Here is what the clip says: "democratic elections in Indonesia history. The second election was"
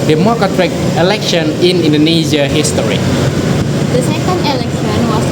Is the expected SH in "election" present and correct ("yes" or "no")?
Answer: no